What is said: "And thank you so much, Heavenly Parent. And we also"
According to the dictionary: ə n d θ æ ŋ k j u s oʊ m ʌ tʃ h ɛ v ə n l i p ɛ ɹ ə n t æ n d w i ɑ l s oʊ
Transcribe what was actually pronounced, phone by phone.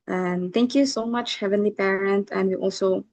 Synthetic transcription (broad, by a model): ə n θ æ ŋ k j u s oʊ m ʌ tʃ h ɛ v ə n l i p ɛ ɹ ə n t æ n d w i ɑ l s oʊ